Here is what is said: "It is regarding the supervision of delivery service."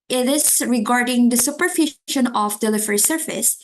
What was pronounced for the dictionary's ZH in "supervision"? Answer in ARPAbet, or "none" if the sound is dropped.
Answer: SH